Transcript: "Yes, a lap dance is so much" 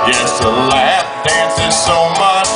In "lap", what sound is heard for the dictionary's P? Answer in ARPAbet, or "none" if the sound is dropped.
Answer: F